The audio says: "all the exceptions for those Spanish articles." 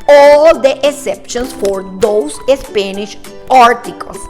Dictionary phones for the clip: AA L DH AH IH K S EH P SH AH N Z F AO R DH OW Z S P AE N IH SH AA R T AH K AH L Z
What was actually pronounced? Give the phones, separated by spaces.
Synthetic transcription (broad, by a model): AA L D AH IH S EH P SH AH N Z F AO R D OW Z S P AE N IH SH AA R T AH K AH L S